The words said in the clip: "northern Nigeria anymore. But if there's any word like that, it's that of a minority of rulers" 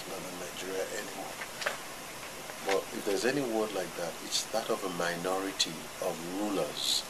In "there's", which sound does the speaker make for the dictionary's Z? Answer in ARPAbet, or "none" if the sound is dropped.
Z